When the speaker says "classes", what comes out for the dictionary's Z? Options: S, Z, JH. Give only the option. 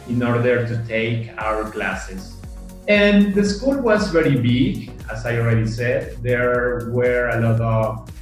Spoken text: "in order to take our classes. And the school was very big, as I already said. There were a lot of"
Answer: S